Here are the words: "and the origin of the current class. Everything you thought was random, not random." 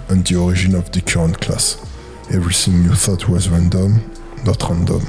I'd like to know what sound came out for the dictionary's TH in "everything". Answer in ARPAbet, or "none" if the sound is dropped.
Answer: S